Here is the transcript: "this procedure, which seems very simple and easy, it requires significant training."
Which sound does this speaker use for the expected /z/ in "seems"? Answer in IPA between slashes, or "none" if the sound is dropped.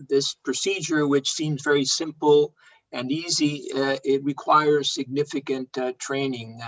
/z/